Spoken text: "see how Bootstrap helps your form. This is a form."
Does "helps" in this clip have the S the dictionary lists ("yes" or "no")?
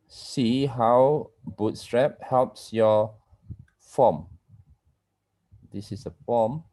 yes